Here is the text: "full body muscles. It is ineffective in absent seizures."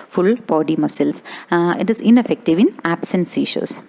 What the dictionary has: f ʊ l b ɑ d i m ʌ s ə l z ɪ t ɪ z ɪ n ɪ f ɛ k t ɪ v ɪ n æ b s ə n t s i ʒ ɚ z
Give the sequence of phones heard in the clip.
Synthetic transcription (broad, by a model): f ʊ l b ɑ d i m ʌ s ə l s ɪ t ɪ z ɪ n ɪ f ɛ k t ɪ v ɪ n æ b s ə n s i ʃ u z